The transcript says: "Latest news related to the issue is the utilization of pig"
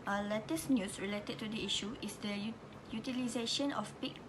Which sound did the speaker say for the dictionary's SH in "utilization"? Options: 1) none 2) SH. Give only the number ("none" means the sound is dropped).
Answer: 2